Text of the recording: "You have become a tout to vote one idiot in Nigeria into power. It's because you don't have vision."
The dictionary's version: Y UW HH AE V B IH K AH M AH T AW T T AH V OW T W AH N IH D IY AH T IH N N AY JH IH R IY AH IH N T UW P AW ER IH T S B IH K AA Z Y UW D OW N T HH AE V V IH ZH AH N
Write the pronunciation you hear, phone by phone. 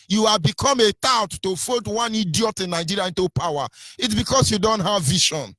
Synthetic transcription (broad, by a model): Y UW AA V B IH K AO M AH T AW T T AH F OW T W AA N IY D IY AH T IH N N AY JH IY R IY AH IH N T UW P AW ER IH T S B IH K AA S Y UW D OW N T HH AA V V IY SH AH N